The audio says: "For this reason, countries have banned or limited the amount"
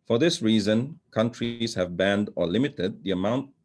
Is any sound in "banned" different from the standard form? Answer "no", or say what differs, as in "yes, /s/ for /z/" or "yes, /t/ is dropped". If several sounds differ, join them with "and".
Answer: no